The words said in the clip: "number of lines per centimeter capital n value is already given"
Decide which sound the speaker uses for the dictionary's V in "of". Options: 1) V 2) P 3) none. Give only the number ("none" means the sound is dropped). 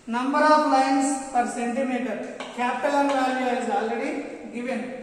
2